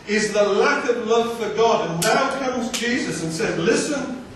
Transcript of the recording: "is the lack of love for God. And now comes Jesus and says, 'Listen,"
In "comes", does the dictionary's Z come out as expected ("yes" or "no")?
yes